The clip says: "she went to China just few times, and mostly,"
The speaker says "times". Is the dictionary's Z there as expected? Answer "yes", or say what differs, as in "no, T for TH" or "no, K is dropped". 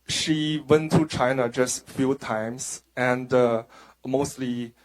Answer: no, S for Z